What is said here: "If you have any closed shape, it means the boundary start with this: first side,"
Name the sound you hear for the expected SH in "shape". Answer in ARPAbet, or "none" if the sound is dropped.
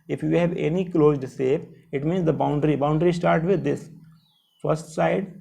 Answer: S